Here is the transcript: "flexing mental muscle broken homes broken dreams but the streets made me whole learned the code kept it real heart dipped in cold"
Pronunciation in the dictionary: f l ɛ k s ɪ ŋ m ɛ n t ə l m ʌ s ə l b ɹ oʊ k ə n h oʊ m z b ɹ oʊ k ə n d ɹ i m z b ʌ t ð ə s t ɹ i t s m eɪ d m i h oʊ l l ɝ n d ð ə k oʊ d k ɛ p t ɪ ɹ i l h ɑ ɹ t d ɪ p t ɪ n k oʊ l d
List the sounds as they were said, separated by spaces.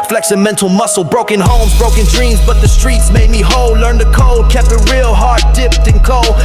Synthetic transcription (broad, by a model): f l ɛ k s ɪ m ɛ n t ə l m ʌ s l b ɹ oʊ k ə n h oʊ m z b ɹ oʊ k ə n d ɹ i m z b ʌ t ð ə s t ɹ i t s m eɪ d m i h oʊ l l ɝ n ð ə k oʊ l k ɛ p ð ɪ ɹ i l h ɑ ɹ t d ɪ p t ɪ n k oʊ l